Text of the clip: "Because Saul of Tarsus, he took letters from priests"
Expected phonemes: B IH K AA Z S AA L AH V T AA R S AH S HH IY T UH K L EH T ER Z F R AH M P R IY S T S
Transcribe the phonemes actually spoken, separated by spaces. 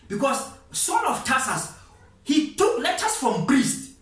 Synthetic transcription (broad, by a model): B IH K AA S S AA N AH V T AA S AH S HH IY T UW K L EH T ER S F R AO M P R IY S T